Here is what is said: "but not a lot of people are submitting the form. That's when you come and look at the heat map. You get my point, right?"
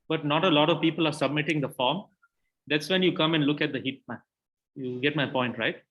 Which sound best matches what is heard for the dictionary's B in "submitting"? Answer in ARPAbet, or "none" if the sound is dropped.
B